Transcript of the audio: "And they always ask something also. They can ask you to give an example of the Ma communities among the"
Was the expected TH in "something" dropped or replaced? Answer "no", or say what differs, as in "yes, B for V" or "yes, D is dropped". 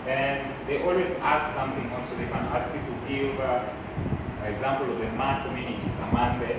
no